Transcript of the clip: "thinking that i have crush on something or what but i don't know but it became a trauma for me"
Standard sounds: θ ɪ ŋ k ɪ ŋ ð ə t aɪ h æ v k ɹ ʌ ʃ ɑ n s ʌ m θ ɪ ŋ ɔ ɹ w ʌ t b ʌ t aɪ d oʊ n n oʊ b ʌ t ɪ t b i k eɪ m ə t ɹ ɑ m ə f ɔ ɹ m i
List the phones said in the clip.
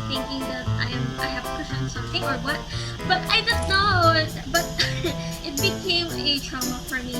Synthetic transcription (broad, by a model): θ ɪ ŋ k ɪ ŋ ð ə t aɪ h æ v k ʌ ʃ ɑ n s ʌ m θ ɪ ŋ ɔ ɹ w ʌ t b ʌ t aɪ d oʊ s n oʊ b ʌ t ɪ t b i k eɪ m ə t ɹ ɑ m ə f ɔ ɹ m i